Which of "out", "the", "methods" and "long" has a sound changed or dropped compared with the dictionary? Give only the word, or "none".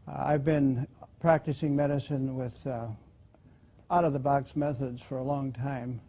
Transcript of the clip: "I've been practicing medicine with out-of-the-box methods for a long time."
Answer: none